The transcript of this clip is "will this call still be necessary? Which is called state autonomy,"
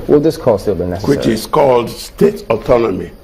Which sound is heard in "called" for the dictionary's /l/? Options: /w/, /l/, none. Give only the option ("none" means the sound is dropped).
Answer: /l/